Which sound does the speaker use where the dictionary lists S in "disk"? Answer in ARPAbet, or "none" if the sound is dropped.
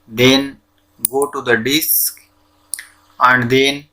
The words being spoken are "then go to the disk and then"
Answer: S